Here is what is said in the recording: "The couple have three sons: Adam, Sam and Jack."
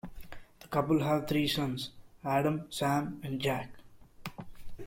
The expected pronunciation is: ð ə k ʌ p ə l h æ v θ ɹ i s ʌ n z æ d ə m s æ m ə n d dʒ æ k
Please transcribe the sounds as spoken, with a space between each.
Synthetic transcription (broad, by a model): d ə k ʌ p ə l h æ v t ɹ i s ʌ n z æ d ə m s æ m ə n d dʒ æ k